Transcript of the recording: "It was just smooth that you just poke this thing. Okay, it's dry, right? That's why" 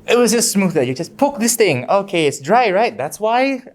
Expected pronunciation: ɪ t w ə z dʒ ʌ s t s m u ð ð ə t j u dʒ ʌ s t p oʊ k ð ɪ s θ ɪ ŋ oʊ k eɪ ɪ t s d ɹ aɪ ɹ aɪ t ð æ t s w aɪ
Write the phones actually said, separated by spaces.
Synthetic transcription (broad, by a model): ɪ t w ə z dʒ ʌ s t s m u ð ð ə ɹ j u dʒ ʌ s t p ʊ k ð ɪ s θ ɪ ŋ oʊ k eɪ ɪ t s d ɹ aɪ ɹ aɪ t ð æ t s w aɪ